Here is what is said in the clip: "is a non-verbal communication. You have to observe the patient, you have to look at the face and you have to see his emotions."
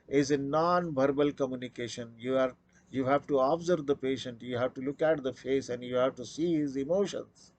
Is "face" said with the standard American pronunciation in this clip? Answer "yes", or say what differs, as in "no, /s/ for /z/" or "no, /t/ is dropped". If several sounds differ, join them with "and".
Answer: yes